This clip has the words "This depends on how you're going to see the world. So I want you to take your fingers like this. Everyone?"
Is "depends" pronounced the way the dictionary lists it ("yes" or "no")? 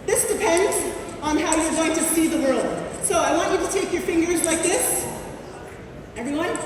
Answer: yes